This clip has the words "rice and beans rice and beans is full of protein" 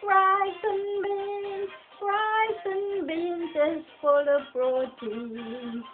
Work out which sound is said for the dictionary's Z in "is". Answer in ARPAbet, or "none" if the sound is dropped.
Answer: S